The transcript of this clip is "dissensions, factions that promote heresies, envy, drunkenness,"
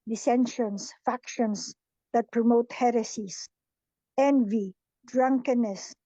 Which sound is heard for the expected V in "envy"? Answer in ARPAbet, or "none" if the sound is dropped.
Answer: V